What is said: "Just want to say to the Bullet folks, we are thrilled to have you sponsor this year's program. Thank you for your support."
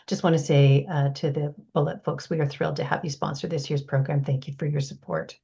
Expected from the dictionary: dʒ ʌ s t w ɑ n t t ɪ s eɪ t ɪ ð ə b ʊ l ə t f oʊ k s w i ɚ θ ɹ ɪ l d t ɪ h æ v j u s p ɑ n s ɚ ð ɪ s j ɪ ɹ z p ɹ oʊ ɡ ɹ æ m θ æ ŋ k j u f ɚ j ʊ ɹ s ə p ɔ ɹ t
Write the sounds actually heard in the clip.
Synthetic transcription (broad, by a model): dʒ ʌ s t w ɑ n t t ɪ s eɪ t ɪ ð ə b ʊ l ə t f oʊ k s w i ɚ θ ɹ ɪ l d t ɪ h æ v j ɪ s p ɑ n s ɚ ð ɪ s j ɪ ɹ z p ɹ oʊ ɡ ɹ æ m θ æ ŋ k j u f ɚ j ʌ ɹ s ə p ɔ ɹ t